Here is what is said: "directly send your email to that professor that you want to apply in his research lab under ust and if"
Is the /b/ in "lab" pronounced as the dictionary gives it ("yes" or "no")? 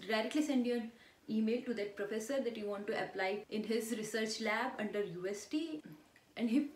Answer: yes